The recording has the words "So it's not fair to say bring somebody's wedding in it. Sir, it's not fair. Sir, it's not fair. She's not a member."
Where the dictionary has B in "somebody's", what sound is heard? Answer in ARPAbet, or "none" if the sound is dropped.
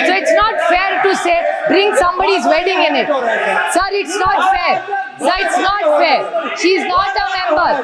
B